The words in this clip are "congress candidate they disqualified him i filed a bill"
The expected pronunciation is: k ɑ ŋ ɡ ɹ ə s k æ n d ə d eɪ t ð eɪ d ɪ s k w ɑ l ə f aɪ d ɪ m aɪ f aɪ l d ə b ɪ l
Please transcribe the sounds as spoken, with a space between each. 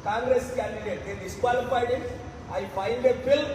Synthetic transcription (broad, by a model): k ɑ ŋ ɡ ɹ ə s k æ n d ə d eɪ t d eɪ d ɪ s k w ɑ l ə p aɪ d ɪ aɪ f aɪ n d ə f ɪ l